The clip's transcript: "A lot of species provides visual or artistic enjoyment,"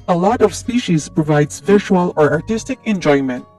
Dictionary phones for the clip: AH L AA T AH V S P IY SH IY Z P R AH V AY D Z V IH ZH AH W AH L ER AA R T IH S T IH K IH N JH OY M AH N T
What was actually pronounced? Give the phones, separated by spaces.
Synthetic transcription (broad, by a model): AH L AA T AH V S P IY SH IY Z P R AH V AY D Z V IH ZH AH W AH L ER AA R T IH S T IH K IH N JH OY M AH N T